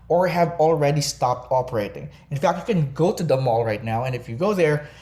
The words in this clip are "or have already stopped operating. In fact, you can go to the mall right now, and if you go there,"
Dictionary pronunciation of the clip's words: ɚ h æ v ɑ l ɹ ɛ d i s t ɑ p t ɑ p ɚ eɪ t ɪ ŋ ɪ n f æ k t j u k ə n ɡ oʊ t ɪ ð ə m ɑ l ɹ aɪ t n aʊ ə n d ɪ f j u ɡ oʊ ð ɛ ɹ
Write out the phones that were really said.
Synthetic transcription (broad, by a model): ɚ h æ v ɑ l ɹ ɛ d i s t ɑ p t ɑ p ɚ eɪ t ɪ ŋ ɪ n f æ k t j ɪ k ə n ɡ oʊ t ɪ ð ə m ɑ l ɹ aɪ t n aʊ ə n ɪ f j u ɡ oʊ ð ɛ ɹ